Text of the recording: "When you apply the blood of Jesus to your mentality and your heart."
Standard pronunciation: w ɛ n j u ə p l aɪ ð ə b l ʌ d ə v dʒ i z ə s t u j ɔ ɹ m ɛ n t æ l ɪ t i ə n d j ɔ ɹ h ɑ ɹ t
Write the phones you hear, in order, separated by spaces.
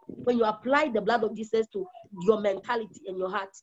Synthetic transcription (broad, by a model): w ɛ n j u ə p l aɪ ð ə b l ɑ d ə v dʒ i s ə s t u j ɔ m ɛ n t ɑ l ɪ t i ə n j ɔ h ɑ t